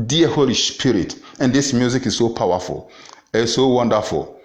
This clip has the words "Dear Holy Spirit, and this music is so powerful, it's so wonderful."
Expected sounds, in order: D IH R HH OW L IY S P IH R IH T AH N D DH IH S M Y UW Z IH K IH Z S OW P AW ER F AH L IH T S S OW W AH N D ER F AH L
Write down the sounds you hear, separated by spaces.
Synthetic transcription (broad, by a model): D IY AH HH OW L IY S P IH R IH T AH N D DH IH S M Y UW Z IH K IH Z S OW P AW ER F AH L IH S S OW W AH N D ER F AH L